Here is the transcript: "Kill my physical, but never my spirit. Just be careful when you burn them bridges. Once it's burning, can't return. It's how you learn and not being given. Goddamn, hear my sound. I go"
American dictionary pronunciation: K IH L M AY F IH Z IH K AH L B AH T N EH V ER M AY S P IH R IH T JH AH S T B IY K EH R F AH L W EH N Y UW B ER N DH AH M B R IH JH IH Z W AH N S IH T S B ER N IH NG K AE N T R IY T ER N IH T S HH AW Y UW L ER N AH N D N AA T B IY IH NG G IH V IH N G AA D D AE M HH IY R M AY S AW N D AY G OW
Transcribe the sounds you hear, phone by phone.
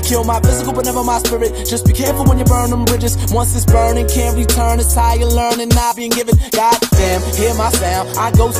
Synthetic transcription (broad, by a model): K IH L M AY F IH Z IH K L B AH T N EH V ER M AY S P IH R IH T JH AH S T B IY K EH R F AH L W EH N Y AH B ER N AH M B R IH JH IH Z W AH N S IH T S B ER N IH NG K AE N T R IY T ER N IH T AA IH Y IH L ER N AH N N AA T B IY IH NG G IH V IH N G AA D D AE M HH IY R M AY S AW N AY G OW